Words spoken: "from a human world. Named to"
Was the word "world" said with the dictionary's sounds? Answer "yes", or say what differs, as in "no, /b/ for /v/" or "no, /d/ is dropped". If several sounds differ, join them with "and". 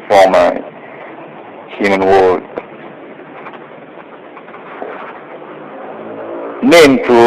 no, /l/ is dropped